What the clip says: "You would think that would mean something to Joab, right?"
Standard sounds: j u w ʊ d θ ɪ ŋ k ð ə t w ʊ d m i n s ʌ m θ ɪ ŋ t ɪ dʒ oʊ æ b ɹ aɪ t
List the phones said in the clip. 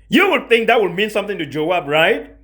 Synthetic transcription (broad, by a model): j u w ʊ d θ ɪ ŋ k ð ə t w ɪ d m i n s ʌ m θ ɪ ŋ t ɪ dʒ oʊ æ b ɹ aɪ t